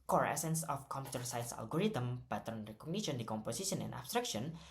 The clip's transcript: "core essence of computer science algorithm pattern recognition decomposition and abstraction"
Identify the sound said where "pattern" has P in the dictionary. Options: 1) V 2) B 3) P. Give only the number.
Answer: 2